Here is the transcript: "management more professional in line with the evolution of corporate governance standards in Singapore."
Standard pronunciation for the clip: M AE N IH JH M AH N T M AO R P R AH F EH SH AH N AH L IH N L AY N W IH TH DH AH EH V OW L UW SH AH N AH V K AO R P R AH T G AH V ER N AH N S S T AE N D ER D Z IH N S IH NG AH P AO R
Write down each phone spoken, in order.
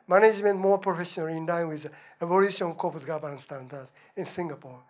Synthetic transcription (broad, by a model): M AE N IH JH M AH N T M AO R P R AH F EH SH AH N AH L IH N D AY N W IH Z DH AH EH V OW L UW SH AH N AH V K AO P AH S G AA B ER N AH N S S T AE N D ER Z IH N S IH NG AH P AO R